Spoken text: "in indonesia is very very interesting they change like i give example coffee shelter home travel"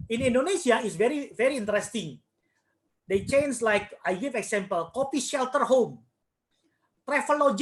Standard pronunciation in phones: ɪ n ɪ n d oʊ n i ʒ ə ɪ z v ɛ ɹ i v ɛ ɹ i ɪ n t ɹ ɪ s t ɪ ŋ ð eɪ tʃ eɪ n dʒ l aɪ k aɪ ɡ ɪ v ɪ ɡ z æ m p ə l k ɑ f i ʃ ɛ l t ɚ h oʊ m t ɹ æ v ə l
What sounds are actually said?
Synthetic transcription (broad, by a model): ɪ n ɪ n d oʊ n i s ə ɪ s v ɛ ɹ i v ɛ ɹ i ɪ n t ɹ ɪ s t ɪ ŋ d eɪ tʃ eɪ n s l aɪ k aɪ ɡ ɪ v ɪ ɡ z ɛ m p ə l k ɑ p i ʃ ɛ l t ɚ h oʊ m t ɹ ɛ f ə l